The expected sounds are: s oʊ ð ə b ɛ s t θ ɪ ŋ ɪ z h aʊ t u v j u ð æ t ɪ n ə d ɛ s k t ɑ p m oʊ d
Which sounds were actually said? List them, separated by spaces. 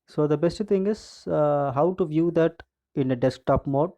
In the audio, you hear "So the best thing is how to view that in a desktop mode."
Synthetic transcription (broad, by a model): s oʊ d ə b ɛ s t t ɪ ŋ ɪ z h aʊ t u v j u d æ t ɪ n ə d ɛ s k t ɑ p m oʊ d